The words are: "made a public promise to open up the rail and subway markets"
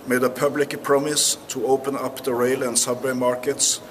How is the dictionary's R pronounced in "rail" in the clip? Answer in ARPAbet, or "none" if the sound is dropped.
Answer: R